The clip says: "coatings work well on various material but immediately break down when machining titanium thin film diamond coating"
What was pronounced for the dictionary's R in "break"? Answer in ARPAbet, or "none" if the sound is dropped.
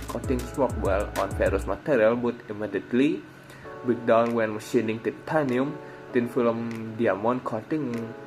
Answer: none